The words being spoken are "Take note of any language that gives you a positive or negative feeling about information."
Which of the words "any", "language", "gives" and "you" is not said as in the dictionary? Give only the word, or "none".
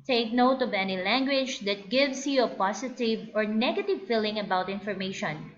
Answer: gives